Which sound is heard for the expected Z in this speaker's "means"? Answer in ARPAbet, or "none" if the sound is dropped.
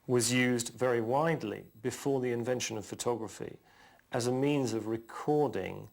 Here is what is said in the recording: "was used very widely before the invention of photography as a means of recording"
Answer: Z